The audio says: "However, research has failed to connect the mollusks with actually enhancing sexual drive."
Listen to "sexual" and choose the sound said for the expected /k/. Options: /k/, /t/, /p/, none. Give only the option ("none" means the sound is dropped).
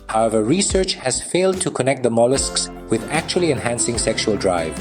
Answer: /k/